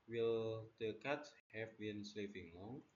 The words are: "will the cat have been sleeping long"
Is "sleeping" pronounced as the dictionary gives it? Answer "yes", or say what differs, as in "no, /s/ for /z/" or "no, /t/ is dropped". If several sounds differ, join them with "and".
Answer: no, /f/ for /p/